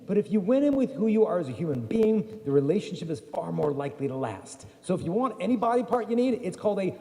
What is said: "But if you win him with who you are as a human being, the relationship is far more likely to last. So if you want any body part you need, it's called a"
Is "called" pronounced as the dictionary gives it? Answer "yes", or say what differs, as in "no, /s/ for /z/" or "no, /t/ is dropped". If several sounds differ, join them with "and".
yes